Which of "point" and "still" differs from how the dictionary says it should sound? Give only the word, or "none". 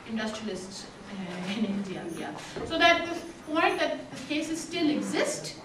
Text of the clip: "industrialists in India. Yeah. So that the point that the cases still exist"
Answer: point